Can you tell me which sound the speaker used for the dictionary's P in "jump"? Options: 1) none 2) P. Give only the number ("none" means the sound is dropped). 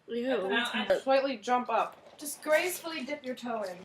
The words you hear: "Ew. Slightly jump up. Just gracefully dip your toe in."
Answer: 2